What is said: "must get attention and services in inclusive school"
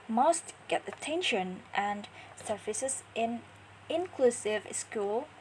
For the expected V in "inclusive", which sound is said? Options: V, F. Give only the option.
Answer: V